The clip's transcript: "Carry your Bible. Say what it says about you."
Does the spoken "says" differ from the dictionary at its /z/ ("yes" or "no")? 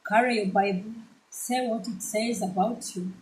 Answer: no